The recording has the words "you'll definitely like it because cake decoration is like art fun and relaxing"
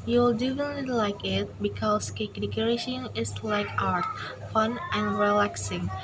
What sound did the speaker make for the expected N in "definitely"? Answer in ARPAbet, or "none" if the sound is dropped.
none